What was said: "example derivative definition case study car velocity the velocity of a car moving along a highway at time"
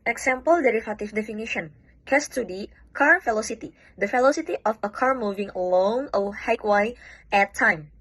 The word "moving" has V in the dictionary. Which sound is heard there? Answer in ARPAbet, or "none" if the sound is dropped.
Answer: V